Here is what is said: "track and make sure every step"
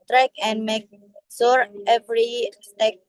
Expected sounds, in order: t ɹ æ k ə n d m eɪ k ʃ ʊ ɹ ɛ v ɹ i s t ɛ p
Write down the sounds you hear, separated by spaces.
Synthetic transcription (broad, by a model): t ɹ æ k ə n d m eɪ k s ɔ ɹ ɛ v ɹ i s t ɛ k